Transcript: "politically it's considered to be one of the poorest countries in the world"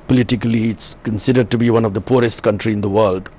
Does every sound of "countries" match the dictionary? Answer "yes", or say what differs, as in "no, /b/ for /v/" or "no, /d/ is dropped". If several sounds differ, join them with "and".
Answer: no, /z/ is dropped